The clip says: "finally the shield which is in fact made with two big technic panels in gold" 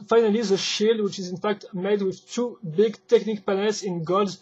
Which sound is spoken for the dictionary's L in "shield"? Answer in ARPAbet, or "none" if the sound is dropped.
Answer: L